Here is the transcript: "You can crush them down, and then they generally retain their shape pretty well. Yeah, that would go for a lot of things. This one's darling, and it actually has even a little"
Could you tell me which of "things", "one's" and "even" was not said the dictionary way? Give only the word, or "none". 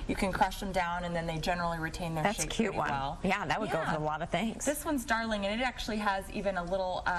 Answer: none